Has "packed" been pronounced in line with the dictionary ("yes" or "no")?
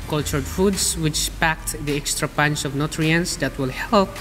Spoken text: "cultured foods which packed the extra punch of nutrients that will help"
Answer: yes